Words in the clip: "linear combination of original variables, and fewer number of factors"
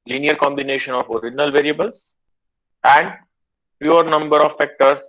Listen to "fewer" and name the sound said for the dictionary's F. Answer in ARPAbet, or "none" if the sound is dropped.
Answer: P